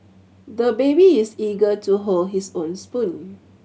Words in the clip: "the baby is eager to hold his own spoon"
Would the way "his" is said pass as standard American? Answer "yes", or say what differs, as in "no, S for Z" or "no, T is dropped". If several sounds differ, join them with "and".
no, S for Z